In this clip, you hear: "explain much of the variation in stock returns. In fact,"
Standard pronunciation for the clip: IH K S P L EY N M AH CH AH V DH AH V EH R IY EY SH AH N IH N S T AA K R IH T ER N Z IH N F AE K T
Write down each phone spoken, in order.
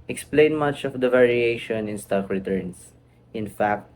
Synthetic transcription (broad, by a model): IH K S P L EY N M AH CH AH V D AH V EH R IY EY SH AH N IH N S T AA K R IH T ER N S IH N F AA K T